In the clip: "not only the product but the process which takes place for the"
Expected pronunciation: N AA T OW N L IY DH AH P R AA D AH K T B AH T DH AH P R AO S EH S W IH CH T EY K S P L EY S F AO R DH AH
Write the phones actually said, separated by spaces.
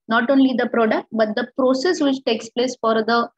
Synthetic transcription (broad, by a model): N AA T OW N L IY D AH P R AA D AH K T B AH T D AH P R AO S EH S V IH CH T EY K S P L EY S F AO R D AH